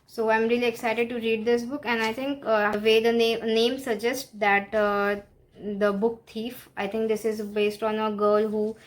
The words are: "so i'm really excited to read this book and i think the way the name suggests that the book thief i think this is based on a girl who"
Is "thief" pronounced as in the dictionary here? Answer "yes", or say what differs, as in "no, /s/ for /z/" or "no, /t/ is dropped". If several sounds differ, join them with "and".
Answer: no, /t/ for /θ/